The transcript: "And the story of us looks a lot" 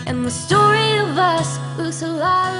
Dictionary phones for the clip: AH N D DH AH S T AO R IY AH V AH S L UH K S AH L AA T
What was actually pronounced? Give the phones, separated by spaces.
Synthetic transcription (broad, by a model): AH N DH AH S T AO R IY AH V AH S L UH S AH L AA